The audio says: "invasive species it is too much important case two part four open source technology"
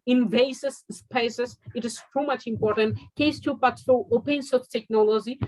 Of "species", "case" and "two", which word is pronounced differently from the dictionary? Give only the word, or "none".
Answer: species